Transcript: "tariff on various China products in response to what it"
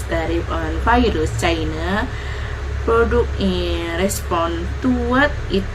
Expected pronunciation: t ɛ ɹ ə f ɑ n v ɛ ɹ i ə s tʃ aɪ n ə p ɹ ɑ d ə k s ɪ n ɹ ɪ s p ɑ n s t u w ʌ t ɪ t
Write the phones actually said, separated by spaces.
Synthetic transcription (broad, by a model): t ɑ ɹ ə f ɑ n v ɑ ɹ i s tʃ aɪ n ə p ɹ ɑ d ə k ɪ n ɹ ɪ s p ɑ n t u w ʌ t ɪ t